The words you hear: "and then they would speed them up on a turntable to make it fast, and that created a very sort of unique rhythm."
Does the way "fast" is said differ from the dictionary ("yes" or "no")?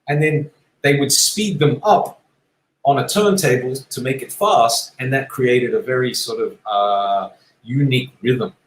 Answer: no